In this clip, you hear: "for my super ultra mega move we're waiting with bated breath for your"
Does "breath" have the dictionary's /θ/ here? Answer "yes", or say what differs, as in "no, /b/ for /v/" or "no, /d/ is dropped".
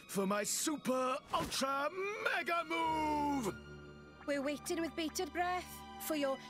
yes